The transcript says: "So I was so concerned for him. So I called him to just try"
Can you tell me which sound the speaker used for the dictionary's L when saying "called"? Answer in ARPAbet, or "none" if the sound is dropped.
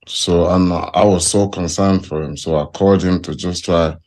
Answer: none